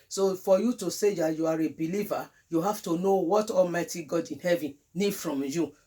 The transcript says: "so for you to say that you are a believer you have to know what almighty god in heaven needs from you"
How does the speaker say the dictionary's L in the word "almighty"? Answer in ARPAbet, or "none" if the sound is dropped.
L